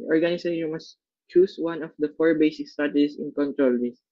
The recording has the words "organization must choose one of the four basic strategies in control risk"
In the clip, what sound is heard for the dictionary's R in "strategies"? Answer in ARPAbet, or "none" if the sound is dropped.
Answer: none